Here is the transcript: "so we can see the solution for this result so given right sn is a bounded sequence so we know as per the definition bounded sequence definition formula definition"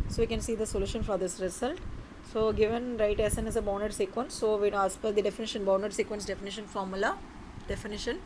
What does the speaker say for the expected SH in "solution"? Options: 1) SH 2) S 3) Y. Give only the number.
1